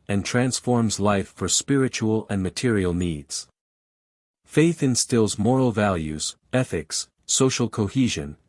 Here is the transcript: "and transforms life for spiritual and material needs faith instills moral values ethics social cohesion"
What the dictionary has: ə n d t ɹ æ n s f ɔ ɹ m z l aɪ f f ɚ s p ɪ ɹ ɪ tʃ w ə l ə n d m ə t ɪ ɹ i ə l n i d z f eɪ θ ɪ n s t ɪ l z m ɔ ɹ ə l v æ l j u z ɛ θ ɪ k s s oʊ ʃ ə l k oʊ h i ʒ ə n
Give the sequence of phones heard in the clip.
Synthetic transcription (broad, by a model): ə n t ɹ æ n s f ɔ ɹ m z l aɪ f f ɚ s p ɪ ɹ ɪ tʃ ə l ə n m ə t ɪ ɹ i l n i d z f eɪ θ ɪ n s t ɪ l z m ɔ ɹ l v æ l j u z ɛ θ ɪ k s s oʊ ʃ l k oʊ h i ʒ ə n